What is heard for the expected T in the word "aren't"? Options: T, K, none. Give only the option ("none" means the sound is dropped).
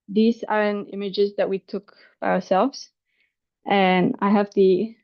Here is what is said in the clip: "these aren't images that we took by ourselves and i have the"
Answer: none